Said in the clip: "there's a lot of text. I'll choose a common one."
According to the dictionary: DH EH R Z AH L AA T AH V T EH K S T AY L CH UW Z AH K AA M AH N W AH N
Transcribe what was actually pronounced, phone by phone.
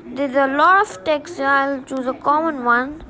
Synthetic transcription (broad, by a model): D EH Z AH L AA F T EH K S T AY L CH UW Z AH K AA M AH N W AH N